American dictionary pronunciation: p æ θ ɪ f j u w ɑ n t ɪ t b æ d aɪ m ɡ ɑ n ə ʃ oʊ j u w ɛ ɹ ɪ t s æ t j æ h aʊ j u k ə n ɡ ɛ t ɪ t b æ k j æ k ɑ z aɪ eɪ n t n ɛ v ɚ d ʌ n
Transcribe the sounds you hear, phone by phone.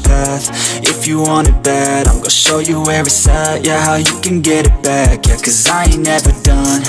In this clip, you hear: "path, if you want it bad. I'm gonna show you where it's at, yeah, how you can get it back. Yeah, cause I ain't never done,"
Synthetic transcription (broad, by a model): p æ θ ɪ f j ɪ w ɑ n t ɪ t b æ d aɪ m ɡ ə ʃ oʊ j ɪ w ɛ ɹ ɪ s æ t j æ h aʊ j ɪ k ə n ɡ ɛ t ɪ t b æ k j æ k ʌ z aɪ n n ɛ v ɚ d ʌ n